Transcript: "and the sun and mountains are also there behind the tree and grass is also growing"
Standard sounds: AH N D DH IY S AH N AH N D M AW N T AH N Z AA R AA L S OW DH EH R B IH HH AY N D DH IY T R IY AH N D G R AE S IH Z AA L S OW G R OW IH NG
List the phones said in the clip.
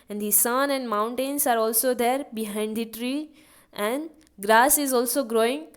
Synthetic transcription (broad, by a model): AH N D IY S AH N AH N D M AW N T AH N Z AA R AA L S OW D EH R B IH HH AY N D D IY T R IY AH N D G R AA S IH Z AA L S OW G R OW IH NG